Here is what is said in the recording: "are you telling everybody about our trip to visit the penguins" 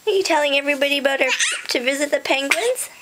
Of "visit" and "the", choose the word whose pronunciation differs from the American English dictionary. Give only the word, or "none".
none